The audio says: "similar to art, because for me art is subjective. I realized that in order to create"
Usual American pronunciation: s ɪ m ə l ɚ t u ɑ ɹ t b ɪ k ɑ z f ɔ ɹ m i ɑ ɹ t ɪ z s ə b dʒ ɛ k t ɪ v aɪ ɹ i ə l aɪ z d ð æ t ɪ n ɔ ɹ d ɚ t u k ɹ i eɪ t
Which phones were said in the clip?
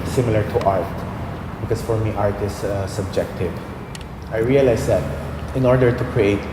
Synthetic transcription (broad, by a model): s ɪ m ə l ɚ t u ɑ ɹ t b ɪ k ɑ s f ɔ ɹ m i ɑ ɹ t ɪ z s ə b dʒ ɛ k t ɪ v aɪ ɹ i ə l aɪ s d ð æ t ɪ n ɔ ɹ d ɚ t u k ɹ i eɪ t